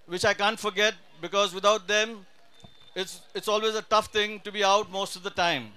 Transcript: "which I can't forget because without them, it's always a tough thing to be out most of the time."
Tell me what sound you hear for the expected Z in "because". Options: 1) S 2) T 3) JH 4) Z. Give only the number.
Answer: 4